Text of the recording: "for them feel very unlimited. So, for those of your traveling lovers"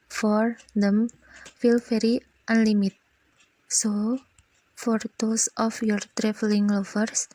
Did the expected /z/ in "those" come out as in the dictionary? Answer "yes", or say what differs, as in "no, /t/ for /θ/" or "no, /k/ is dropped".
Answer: no, /s/ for /z/